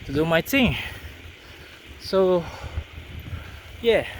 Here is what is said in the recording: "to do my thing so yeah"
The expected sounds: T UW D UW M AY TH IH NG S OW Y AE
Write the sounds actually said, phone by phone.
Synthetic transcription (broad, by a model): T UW D UW M AY T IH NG S OW Y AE